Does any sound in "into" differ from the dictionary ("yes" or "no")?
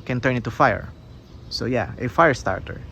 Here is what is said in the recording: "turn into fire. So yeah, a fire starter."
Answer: yes